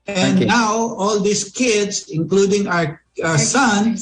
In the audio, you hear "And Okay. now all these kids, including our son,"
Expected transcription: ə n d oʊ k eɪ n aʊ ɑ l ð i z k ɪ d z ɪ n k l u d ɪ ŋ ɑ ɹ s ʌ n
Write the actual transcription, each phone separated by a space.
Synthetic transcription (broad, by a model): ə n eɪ n aʊ ɑ l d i s k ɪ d s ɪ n k l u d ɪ ŋ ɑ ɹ s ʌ n